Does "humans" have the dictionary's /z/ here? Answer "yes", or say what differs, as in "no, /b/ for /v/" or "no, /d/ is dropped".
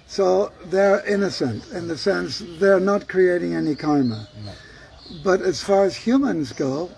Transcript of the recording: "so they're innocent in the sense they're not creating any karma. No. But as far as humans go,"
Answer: yes